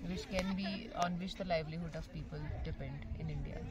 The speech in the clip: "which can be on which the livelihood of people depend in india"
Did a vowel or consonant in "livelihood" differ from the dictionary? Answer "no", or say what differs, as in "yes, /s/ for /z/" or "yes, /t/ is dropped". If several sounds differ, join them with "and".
no